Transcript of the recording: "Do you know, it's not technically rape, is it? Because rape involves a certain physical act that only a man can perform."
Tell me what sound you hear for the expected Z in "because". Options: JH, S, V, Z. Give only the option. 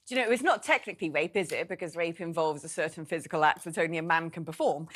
Z